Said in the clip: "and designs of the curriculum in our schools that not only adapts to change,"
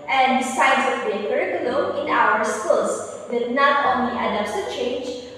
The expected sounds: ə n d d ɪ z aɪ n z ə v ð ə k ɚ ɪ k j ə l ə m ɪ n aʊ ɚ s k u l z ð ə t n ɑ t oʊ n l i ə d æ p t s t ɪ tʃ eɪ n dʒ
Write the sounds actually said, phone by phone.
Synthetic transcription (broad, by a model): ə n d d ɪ s aɪ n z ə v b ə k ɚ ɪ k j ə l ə ɪ n aʊ ɚ s k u l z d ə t n ɑ t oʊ n l i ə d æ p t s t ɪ tʃ eɪ n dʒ